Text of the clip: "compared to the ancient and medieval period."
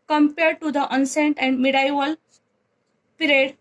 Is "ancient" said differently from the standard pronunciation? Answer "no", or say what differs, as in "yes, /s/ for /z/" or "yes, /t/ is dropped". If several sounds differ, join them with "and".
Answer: yes, /s/ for /ʃ/